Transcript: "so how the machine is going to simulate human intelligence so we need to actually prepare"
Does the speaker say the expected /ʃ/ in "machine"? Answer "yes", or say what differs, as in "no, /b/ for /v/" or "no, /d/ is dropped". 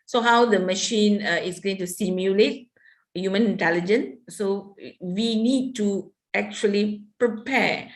yes